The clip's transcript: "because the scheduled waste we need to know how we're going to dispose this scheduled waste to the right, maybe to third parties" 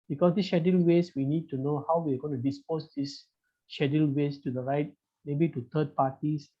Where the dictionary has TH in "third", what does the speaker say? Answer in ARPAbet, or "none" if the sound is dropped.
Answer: T